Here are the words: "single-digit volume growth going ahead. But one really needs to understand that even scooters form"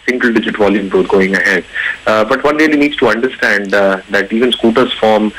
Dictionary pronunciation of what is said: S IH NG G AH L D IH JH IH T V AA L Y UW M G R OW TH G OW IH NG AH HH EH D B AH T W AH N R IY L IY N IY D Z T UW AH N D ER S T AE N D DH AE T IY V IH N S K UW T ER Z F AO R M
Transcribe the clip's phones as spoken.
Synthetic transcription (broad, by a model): S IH NG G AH L D IH JH IH T V AA L Y UW M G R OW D G OW IH NG AH HH EH D B AH T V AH N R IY L IY N IY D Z T UW AH N D ER S T AE N D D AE T IY V IH N S K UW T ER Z F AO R M